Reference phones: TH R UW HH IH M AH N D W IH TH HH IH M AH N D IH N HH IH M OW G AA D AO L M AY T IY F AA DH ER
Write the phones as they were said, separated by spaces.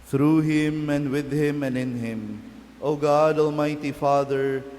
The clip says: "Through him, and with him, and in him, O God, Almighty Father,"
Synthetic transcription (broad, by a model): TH R UW HH IH M AH N D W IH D HH IH M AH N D IH N HH IH M OW G AA D AO L M AY T IY F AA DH ER